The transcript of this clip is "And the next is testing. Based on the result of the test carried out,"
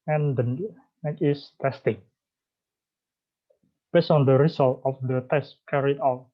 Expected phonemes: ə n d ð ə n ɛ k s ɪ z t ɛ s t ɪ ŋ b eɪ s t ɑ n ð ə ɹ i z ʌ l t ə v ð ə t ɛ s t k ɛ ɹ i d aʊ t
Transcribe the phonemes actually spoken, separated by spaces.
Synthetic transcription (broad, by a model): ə n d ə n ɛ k ɪ s t ɛ s t ɪ ŋ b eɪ s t ɑ n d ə ɹ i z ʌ l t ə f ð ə t ɛ s t k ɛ ɹ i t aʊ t